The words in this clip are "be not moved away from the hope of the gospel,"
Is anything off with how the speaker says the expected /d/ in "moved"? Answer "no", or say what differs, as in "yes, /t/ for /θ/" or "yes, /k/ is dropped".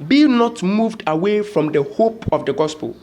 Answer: no